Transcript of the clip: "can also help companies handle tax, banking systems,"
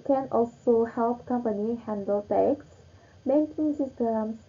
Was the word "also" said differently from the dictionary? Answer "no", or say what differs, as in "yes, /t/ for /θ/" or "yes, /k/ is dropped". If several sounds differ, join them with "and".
no